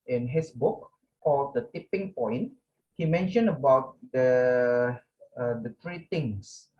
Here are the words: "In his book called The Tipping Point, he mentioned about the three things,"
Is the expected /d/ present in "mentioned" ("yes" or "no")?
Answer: no